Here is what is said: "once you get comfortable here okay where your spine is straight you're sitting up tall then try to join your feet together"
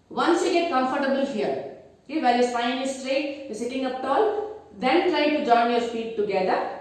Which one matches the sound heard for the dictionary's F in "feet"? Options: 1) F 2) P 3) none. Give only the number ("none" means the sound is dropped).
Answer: 2